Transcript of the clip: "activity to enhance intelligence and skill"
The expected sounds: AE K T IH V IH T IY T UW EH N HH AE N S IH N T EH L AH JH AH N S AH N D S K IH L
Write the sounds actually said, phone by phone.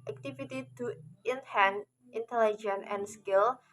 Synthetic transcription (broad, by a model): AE K T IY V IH T IY T UW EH N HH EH N IH N T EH L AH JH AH N AH N S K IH L